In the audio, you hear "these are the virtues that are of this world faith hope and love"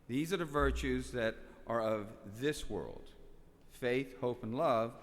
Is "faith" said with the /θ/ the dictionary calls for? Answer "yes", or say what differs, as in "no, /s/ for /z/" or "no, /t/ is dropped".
yes